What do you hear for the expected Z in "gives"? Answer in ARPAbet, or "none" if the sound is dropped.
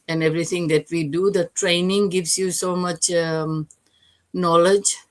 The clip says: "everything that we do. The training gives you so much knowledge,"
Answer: S